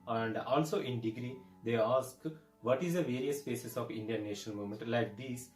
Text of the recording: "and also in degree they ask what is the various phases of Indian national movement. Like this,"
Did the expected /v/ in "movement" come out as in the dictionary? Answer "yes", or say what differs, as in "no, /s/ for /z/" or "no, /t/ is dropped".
no, /v/ is dropped